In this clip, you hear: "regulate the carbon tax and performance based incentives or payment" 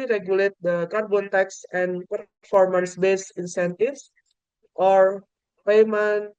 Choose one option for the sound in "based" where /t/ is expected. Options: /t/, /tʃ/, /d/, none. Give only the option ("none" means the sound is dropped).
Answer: none